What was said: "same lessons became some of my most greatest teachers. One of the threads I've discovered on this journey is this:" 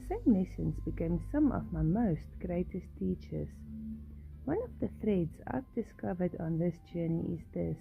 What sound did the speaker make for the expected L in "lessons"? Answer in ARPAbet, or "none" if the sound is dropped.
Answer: N